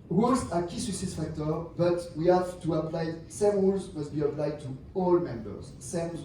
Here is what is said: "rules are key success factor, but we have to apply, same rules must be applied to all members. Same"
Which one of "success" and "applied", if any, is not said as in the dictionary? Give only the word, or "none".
success